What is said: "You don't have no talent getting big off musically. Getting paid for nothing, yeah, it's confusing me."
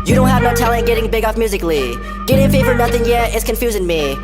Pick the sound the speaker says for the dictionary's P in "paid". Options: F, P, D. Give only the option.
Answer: F